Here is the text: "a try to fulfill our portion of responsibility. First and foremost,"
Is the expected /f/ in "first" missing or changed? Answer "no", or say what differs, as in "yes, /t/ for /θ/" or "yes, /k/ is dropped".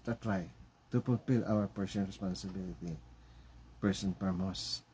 yes, /p/ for /f/